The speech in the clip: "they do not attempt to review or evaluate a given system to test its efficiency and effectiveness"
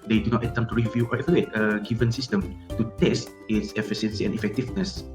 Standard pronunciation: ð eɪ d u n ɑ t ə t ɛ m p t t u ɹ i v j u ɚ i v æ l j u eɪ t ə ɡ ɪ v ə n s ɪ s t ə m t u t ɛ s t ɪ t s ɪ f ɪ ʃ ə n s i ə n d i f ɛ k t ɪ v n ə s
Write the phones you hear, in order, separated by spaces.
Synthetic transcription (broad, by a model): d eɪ d u n ɑ t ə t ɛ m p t t u ɹ i v j u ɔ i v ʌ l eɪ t ə ɡ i v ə n s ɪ s t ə m t u t ɛ s t ɪ t s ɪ f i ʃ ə n s i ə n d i f ɛ k t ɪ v n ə s